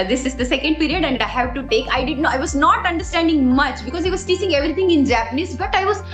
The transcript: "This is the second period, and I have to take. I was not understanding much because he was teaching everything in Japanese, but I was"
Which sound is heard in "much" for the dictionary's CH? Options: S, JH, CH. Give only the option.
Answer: CH